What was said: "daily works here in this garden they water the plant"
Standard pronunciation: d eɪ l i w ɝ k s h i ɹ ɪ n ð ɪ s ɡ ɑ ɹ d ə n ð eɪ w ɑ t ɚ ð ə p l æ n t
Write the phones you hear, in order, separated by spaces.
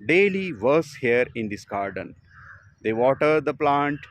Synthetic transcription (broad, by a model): d eɪ l i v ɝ s h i ɹ ɪ n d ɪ s ɡ ɑ ɹ d ə n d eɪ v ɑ t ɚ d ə p l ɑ n t